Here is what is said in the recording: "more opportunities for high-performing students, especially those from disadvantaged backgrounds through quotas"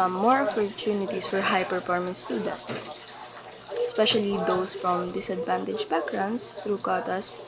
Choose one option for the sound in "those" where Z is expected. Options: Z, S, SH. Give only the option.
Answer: S